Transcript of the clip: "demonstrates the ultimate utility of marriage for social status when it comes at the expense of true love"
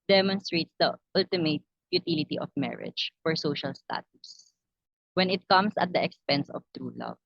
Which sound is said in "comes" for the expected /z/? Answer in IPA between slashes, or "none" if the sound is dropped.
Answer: /s/